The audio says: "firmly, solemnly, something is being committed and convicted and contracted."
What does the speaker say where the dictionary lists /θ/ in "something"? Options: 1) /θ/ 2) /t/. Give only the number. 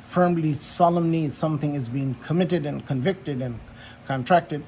1